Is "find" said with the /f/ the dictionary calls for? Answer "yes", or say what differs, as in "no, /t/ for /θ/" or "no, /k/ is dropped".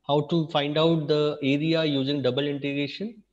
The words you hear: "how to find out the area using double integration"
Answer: yes